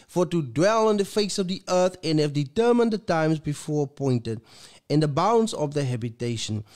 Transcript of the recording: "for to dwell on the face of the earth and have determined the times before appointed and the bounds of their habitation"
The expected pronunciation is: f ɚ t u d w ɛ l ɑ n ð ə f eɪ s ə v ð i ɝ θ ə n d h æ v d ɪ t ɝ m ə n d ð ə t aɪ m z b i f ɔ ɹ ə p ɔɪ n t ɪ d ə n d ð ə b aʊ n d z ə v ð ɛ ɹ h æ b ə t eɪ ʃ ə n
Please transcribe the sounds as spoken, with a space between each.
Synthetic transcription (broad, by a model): f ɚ t u d w ɛ l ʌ n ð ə f eɪ s ə v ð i ɝ θ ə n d h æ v d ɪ t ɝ m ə n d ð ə t aɪ m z b i f ɔ ɹ ə p ɔɪ n t ɪ d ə n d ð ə b aʊ n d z ə v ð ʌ h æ b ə t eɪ ʃ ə n